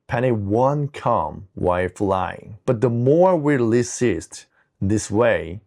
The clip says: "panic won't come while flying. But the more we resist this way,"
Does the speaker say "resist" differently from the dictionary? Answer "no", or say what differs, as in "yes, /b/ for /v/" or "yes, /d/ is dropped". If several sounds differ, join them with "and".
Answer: yes, /l/ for /ɹ/ and /s/ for /z/